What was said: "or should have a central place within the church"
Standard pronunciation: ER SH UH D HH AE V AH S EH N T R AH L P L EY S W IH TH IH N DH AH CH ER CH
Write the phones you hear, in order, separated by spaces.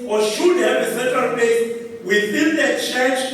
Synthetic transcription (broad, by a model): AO SH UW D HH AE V AH S EH N T R AH L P EY W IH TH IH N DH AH CH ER CH